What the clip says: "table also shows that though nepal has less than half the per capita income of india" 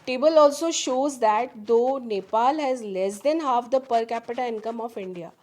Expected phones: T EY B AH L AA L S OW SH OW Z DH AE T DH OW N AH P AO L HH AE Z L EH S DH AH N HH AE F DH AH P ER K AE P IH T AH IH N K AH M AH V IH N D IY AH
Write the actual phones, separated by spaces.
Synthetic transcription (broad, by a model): T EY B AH L AA L S OW SH OW Z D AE T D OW N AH P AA L HH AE Z L EH S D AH N HH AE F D AH P ER K AE P IH T AH IH N K AH M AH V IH N D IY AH